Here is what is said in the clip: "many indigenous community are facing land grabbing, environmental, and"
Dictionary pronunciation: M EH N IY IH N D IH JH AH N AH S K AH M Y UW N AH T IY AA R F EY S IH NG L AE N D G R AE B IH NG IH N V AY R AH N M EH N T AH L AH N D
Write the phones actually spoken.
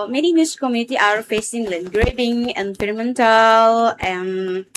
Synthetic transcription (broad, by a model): M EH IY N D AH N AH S K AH M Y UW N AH T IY AA R F EY S IH NG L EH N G R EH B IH NG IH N P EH R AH M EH N T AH L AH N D